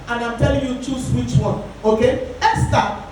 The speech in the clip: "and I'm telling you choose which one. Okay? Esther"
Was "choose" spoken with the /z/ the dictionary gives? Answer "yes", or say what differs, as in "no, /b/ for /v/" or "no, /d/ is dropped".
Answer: no, /s/ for /z/